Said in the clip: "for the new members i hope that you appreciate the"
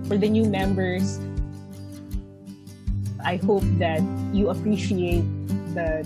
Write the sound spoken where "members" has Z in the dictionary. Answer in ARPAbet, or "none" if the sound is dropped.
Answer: S